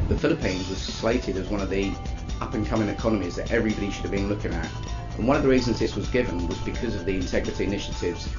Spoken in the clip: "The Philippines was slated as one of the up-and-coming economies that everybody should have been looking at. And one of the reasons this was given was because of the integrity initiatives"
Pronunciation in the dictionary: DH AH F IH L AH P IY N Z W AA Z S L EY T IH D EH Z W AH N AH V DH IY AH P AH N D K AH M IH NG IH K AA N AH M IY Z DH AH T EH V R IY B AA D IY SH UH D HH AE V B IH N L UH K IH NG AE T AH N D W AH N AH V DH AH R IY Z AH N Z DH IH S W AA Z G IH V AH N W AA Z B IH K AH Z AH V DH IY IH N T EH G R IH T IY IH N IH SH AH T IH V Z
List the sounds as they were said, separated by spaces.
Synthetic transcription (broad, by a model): DH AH F IH L AH P IY N Z W AA Z S L EY T IH D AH Z W AH N AH V DH IY AH P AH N K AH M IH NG IH K AA N AH M IY Z DH AH T EH V R IY B AA D IY SH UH D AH V B IH N L UH K IH NG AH T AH N W AH N AH V DH AH R IY Z AH N Z DH IH S W AA Z G IH V AH N W AA Z B IH K AH Z AH V DH IY IH N T EH G R IH T IY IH N IH SH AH T IH V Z